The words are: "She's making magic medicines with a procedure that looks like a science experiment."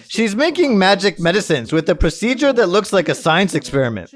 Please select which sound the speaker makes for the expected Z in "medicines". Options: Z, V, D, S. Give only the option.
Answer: Z